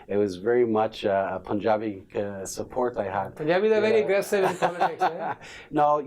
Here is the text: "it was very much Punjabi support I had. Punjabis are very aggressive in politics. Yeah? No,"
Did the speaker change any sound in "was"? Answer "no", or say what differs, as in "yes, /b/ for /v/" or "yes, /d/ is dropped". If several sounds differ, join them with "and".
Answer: no